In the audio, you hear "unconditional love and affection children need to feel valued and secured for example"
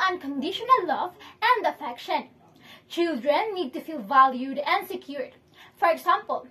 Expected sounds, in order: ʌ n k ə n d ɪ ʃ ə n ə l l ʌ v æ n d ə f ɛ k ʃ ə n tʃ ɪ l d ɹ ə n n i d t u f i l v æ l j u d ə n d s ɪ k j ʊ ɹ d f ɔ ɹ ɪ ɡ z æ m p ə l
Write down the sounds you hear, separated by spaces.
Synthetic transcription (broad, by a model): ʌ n k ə n d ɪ ʃ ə n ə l l ʌ v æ n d ə f ɛ k ʃ ə n tʃ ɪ l d ɹ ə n n i d t u f i l v æ l j u d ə n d s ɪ k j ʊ ɹ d f ɔ ɹ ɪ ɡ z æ m p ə l